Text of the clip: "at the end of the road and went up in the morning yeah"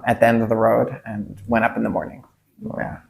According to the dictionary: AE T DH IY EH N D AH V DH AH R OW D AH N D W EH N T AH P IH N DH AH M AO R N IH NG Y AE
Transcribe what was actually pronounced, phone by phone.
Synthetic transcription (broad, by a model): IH T DH IY EH N D AH V DH AH R OW D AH N W EH T AH P N DH AH M AO R N IH NG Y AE